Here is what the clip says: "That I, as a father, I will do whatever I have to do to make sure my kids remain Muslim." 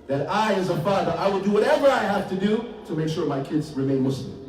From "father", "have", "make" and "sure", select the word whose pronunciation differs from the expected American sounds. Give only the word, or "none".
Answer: have